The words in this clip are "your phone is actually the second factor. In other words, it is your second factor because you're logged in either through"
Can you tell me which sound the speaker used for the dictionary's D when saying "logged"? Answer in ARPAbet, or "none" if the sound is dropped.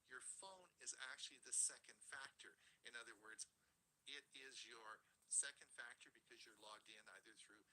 D